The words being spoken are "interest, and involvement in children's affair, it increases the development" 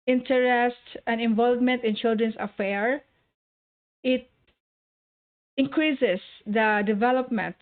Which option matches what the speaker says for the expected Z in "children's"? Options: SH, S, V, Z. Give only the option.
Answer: S